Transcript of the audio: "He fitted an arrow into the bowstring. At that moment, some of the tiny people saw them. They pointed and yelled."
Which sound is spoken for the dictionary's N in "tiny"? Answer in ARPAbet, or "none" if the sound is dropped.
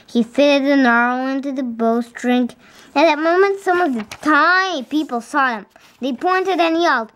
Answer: none